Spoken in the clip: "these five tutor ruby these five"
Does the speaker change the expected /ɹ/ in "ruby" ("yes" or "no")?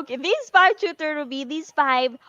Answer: yes